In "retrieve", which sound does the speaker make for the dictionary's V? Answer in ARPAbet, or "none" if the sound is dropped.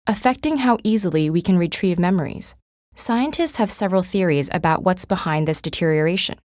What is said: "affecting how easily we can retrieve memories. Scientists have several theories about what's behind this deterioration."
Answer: V